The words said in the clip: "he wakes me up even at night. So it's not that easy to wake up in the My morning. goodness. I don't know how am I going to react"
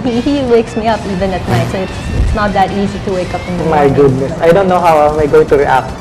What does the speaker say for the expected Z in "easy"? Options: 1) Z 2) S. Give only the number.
1